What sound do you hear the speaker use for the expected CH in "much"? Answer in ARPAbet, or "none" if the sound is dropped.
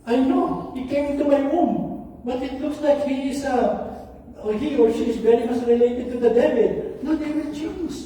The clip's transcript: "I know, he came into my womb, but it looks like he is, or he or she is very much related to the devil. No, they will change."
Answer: S